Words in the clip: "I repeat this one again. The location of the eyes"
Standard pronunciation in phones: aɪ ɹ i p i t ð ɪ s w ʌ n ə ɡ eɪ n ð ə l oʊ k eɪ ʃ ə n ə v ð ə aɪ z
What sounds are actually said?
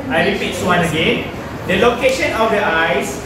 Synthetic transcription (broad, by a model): aɪ l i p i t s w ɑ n ə ɡ eɪ n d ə l oʊ k eɪ ʃ ə n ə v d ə aɪ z